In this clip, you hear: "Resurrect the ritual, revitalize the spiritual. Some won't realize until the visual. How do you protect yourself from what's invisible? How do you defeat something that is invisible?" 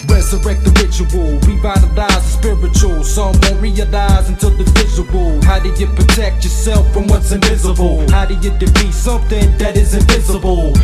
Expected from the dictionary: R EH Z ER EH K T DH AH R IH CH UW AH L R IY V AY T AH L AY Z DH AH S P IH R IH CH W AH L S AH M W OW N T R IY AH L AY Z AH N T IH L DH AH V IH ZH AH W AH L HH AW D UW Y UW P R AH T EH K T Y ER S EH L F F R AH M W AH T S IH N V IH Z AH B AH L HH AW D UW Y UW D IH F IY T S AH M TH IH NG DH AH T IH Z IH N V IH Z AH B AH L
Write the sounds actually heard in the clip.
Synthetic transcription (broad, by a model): R EH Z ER EH K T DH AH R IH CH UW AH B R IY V AY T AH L AY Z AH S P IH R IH CH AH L S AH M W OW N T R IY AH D AY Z AH N T IH L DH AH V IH Z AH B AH L HH AW D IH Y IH P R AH T EH K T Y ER S EH L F F R AH M W AH T S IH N V IH Z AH B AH L HH AW D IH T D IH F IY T S AH M TH IH NG DH AH T IH Z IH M V IH Z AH B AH L